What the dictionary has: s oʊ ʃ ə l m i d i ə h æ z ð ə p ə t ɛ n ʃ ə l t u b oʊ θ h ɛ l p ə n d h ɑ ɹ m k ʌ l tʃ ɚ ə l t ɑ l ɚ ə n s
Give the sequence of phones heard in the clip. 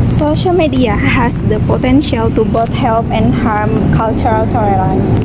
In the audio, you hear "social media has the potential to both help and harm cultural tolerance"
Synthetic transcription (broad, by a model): s oʊ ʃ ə l m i d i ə h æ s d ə p ə t ɛ n ʃ ə l t u b oʊ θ h ɛ l p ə n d h ɑ ɹ m k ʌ l tʃ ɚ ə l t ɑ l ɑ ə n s